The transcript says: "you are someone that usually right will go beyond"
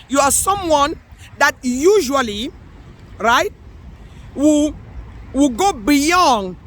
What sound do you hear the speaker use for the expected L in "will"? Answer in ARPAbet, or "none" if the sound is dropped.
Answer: W